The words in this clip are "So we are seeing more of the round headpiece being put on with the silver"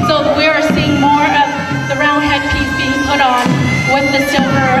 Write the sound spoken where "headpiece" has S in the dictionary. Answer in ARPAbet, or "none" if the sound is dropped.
none